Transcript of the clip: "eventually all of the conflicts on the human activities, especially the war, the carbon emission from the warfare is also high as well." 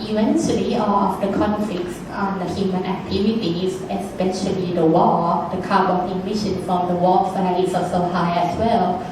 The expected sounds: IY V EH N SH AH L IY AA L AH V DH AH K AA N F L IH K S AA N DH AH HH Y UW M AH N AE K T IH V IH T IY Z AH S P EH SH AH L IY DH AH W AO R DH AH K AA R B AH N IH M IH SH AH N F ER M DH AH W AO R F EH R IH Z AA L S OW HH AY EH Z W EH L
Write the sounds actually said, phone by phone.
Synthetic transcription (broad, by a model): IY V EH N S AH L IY AA L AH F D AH K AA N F L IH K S AA N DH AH HH Y UW M AH N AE K T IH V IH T IY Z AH S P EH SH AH L IY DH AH W AO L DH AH K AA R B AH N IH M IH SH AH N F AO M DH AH W AO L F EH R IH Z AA S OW HH AY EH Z W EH L